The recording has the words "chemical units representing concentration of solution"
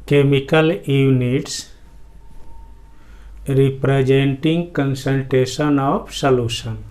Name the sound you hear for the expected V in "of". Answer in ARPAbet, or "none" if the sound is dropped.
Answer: P